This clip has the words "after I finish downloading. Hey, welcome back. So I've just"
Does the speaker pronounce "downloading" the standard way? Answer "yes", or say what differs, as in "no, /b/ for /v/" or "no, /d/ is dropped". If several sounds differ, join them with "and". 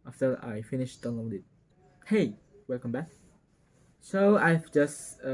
no, /l/ is dropped